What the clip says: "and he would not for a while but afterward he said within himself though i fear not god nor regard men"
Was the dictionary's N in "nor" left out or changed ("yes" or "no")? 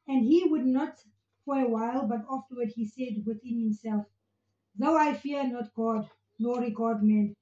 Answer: yes